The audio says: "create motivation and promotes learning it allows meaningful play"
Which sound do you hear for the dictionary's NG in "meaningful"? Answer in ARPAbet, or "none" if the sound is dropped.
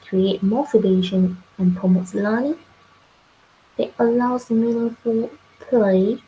none